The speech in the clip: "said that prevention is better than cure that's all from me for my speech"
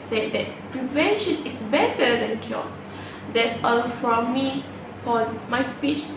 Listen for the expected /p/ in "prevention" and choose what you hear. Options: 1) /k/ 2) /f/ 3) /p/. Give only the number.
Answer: 3